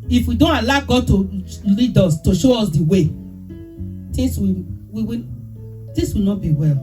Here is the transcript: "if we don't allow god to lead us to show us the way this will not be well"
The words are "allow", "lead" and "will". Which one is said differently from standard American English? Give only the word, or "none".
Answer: will